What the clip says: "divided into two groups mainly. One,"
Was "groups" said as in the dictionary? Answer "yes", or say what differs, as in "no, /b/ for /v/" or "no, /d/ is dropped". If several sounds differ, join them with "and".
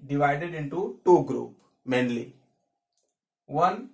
no, /s/ is dropped